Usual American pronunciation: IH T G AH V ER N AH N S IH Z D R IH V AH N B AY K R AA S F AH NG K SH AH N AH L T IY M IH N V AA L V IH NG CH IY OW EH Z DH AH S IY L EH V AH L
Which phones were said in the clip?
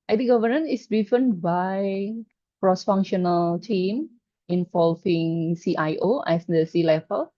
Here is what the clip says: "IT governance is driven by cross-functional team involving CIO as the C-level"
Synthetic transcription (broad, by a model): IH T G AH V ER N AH N IH S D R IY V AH N B AY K R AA S F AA NG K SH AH N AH L T IY M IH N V AA L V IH NG S IY OW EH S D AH S IY L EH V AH L